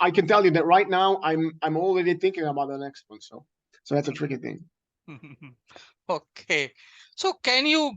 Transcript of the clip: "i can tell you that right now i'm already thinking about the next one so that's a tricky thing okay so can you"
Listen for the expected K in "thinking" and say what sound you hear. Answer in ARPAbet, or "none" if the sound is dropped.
K